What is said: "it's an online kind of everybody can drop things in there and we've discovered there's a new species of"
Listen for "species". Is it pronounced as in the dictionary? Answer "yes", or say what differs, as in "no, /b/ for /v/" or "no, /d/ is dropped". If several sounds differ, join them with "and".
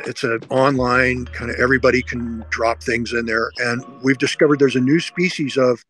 yes